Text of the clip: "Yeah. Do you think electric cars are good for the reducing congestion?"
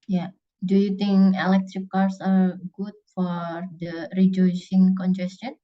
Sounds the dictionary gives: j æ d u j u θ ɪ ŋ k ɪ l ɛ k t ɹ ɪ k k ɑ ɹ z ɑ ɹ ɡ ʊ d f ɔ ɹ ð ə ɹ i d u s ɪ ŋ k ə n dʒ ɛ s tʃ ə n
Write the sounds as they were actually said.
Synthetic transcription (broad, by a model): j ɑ d u j u t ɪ ŋ k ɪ l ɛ k t ɹ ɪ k k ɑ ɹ s ɑ ɹ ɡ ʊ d f ɔ ɹ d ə ɹ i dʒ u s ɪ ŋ k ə n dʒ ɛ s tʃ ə n